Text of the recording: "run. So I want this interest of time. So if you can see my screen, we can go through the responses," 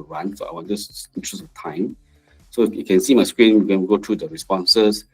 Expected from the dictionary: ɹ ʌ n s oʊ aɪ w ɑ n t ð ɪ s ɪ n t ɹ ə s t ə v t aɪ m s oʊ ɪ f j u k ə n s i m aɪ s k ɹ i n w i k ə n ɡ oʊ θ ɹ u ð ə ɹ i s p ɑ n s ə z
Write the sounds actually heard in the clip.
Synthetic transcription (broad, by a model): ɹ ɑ n s oʊ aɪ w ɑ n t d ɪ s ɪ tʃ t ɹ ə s ə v t aɪ m s oʊ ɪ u k ə n s i m aɪ s k ɹ i n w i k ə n ɡ oʊ t ɹ u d ə ɹ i s p ɑ n s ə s